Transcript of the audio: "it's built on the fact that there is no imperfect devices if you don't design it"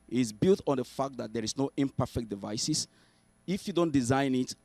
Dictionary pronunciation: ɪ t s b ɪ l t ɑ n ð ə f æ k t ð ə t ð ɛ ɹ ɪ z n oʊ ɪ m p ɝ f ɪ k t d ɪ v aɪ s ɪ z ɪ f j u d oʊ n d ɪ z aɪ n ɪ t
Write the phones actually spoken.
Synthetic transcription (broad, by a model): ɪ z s b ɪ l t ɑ n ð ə f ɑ k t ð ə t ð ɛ ɹ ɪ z n oʊ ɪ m p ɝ f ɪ k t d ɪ v aɪ s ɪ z ɪ f j u d oʊ n d ɪ z aɪ n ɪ t